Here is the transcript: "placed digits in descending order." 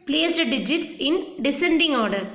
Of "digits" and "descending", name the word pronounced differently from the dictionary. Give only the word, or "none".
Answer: none